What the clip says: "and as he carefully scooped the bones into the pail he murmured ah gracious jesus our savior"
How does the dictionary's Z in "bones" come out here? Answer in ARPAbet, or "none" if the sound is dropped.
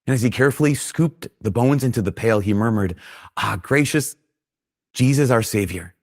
Z